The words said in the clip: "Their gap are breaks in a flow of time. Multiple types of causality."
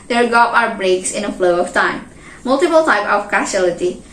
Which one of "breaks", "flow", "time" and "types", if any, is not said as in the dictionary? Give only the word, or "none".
types